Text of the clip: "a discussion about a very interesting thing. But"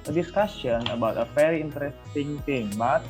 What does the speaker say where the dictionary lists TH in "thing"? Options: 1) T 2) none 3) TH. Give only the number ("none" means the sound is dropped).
1